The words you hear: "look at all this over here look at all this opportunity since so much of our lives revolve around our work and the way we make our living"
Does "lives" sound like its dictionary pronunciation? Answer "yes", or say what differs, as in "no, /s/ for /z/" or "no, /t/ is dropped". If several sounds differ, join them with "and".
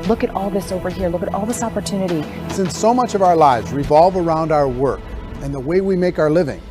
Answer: yes